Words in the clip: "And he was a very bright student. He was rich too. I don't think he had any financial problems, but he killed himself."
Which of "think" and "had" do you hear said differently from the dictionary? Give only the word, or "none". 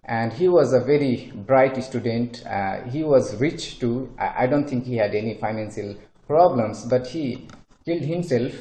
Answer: think